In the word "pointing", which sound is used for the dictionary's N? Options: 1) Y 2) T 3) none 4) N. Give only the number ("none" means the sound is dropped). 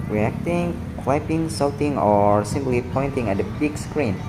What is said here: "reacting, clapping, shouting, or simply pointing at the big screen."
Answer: 4